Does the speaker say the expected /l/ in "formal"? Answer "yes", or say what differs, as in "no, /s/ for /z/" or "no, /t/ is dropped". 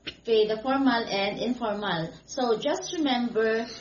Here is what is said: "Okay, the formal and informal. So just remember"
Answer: yes